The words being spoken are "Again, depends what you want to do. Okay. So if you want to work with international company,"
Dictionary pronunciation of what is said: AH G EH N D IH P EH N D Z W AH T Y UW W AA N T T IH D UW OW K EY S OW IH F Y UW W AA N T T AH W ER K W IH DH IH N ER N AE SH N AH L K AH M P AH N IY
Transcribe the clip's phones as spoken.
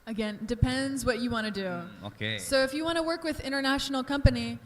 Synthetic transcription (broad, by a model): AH G EH N D IH P EH N D Z W AH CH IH W AA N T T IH D UW OW K EY S OW IH F Y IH W AA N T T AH W ER K W IH DH IH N ER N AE SH N L K AH M P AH N IY